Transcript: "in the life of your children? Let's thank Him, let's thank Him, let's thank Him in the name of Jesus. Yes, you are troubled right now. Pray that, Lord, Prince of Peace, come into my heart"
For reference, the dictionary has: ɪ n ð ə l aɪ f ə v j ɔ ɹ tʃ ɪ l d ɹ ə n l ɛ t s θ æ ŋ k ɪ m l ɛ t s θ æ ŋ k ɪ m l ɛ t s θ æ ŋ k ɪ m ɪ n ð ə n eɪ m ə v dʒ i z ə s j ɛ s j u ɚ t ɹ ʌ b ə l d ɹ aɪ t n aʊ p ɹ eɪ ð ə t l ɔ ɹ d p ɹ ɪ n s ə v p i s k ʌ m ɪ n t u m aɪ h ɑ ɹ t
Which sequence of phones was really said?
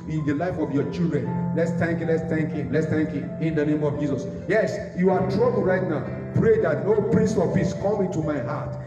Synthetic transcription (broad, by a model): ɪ n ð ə l aɪ f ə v j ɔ tʃ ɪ l d ɹ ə n l ɛ t s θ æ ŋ k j l ɛ t s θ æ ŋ k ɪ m l ɛ t s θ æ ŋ k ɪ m ɪ n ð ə n eɪ m ə v dʒ i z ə s j ɛ s j u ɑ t ɹ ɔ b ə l ɹ aɪ t n aʊ p ɹ eɪ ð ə t n ɔ p ɹ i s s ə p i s k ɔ m ɪ n t u m aɪ h ɑ t